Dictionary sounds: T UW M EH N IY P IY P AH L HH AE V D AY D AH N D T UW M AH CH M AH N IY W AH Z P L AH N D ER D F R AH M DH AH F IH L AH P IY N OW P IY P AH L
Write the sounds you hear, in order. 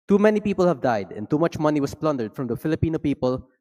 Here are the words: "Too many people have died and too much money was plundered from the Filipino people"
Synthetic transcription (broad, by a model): T UW M EH N IY P IY P AH L HH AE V D AY D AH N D T UW M AH CH M AH N IY W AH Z P L AH N D ER D F R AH M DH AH F IH L AH P IY N OW P IY P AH L